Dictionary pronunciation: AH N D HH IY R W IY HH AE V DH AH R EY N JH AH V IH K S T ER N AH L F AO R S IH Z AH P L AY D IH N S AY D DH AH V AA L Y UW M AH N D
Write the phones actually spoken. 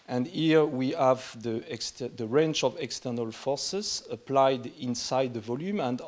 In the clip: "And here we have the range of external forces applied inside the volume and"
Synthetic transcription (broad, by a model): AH N D HH IY R W IY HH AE V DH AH R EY N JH AH V IH K S T ER N AH L F AO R S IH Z AH P L AY D IH N S AY D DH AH V AA L Y UW M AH N D